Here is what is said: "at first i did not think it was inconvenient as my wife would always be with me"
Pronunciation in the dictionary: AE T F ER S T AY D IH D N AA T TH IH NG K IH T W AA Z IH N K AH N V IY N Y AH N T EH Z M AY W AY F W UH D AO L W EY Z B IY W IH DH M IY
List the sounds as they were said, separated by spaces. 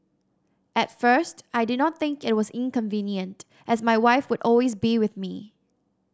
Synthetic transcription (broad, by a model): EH T F ER S T AY D IH D N AA T TH IH NG K IH T W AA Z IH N K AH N V IY N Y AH N T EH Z M AY W AY F W UH D AO L W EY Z B IY W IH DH M IY